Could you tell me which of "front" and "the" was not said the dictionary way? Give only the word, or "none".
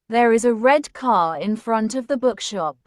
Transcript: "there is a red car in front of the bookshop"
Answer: none